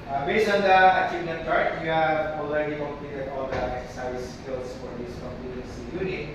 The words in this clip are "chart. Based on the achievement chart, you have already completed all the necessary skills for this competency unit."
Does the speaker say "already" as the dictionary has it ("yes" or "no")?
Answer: no